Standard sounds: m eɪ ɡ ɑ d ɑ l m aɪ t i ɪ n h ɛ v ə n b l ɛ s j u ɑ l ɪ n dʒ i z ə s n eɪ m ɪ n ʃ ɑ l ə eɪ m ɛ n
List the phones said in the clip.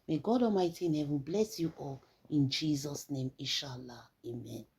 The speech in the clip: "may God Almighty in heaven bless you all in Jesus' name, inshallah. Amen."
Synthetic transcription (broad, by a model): m eɪ ɡ ɑ d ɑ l m aɪ t i ɪ n h ɛ v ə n b l ɛ s j u ɑ l ɪ n dʒ i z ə s n eɪ m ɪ ʃ ɑ l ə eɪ m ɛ n